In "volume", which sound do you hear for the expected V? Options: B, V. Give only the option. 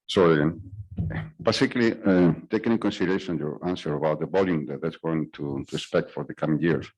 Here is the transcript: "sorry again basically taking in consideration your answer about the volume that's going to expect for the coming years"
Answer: B